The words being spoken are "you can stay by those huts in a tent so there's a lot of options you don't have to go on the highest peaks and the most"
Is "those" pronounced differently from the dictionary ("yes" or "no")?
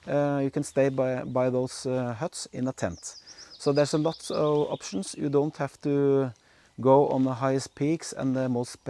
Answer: yes